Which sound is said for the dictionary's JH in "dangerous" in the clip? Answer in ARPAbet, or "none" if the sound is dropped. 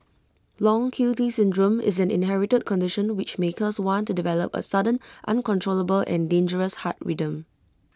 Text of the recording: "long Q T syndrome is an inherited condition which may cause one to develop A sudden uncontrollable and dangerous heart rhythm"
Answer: JH